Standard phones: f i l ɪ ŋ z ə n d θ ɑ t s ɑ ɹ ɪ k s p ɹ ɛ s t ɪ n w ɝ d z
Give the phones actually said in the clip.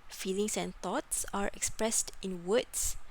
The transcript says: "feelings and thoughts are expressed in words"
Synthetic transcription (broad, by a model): f i l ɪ ŋ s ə n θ ɑ t s ɑ ɹ ɪ k s p ɹ ɛ s t ɪ n w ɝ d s